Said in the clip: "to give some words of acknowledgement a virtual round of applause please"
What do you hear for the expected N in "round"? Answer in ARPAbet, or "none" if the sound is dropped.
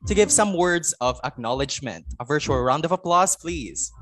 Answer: N